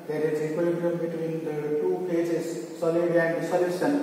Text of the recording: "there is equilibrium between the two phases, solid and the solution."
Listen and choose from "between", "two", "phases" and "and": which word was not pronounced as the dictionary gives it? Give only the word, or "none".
phases